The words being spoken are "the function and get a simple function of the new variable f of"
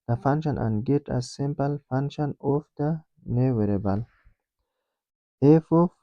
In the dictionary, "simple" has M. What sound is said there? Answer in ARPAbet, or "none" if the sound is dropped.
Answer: M